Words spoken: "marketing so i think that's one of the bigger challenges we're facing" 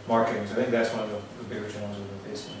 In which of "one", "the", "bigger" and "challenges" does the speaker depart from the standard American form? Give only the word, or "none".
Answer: challenges